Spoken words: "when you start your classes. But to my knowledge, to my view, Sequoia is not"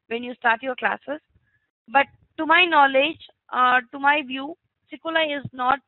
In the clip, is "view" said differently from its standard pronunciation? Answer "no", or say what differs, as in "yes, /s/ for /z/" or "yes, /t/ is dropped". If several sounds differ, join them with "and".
no